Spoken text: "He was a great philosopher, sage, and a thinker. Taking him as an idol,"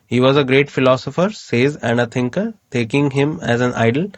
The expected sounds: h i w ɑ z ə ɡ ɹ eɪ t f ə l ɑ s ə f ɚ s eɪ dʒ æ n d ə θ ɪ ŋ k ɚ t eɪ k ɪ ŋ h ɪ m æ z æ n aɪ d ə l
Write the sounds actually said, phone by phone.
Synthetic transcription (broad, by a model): h i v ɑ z ə ɡ ɹ eɪ t f ə l ɑ s ə f ɚ s eɪ z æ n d ə t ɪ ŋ k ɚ t eɪ k ɪ ŋ h ɪ m æ z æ n aɪ d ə l